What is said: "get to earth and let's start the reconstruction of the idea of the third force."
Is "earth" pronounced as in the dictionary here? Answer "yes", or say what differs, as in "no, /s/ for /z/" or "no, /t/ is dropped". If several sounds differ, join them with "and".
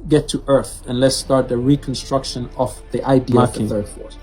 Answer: yes